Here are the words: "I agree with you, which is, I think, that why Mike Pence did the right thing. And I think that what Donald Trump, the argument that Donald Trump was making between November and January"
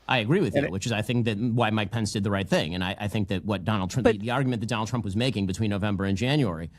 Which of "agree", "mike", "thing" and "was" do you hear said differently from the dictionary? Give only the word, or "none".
none